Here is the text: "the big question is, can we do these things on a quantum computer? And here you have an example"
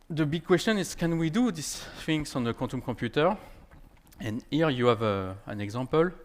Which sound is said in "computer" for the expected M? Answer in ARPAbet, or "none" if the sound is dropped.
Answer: none